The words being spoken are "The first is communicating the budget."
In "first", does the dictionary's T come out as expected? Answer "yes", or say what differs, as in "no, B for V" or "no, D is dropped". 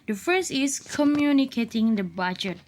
no, T is dropped